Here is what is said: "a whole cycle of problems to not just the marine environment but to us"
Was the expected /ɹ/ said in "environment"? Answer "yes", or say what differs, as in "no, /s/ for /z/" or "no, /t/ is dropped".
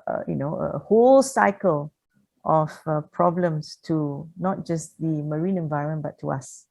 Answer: no, /ɹ/ is dropped